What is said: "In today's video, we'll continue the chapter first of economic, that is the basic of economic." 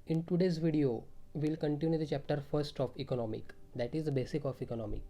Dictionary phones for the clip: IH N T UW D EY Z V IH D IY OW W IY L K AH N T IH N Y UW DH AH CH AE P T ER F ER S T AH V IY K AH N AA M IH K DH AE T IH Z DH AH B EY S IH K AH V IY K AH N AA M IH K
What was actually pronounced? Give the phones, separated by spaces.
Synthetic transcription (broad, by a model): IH N T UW D EY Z V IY D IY OW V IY L K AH N T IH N Y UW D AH CH AE P T ER F ER S T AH F IY K AH N AA M IH K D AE T IH Z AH B EY S IH K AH F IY K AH N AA M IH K